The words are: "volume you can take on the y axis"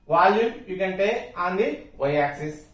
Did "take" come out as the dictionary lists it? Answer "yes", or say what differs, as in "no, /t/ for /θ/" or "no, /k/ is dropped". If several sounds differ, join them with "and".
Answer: no, /k/ is dropped